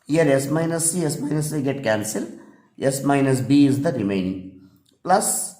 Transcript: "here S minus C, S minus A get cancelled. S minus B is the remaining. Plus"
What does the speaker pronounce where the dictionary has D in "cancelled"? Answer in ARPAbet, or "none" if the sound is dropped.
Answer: none